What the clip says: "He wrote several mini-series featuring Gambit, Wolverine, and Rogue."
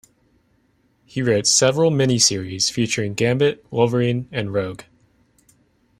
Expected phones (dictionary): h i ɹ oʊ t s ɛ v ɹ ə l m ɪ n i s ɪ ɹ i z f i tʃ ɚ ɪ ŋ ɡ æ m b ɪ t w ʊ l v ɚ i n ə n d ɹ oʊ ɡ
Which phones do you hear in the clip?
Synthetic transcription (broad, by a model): h i ɹ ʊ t s ɛ v ɹ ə l m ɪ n i s ɪ ɹ i z f i tʃ ɚ ɪ ŋ ɡ æ m b ɪ t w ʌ v ɚ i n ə n ɹ oʊ ɡ